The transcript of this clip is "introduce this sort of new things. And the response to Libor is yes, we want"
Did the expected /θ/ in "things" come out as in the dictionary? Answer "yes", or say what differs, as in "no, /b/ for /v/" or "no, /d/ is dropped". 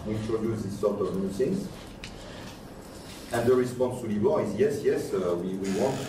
no, /s/ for /θ/